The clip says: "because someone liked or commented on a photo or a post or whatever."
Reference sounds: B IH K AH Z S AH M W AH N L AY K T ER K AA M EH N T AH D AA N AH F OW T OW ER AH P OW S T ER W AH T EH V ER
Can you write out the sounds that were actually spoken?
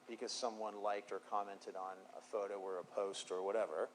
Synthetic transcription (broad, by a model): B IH K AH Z S AH M W AH N L AY K T ER K AA M EH N T AH D N AH F OW T OW ER AH P OW S T ER W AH T EH V ER